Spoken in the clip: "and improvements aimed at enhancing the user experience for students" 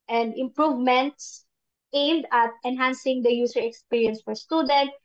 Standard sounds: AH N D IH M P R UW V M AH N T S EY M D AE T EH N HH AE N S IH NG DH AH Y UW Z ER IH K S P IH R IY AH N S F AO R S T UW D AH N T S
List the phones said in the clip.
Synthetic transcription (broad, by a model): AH N D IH M P R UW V M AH N T S EY M D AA T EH N HH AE N S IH NG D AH Y UW S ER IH K S P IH R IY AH N S F AO R S T UW D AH N T